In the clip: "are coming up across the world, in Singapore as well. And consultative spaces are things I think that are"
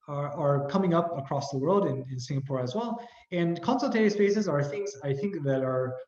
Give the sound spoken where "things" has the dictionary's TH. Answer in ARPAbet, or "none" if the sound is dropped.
TH